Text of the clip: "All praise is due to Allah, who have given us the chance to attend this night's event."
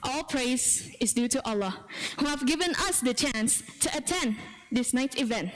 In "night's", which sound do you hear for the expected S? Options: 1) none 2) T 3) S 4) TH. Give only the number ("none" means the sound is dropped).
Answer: 1